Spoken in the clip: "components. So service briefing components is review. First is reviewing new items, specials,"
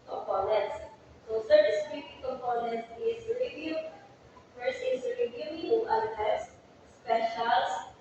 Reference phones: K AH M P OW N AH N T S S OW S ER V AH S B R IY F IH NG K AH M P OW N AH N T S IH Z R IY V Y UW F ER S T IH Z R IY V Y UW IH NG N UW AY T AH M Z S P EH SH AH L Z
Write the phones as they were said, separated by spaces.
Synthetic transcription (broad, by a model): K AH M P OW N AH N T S S OW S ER AH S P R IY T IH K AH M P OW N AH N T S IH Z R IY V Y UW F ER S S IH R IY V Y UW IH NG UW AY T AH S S P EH SH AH L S